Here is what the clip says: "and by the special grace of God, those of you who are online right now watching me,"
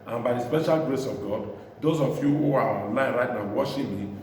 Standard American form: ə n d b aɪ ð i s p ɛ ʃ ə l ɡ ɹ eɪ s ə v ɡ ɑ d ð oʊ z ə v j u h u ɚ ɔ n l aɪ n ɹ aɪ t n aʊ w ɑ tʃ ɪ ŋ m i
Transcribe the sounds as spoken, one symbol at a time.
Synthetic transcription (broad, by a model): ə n b aɪ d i s p ɛ ʃ ə l ɡ ɹ eɪ s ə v ɡ ɑ d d oʊ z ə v j u h u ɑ ɔ n l aɪ n ɹ aɪ t n aʊ w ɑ ʃ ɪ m i